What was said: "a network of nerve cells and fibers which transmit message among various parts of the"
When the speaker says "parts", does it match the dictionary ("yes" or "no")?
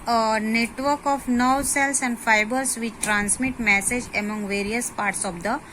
yes